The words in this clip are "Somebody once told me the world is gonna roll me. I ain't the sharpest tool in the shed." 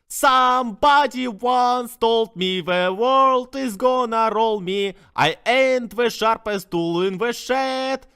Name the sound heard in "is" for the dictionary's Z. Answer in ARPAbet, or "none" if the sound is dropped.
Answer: Z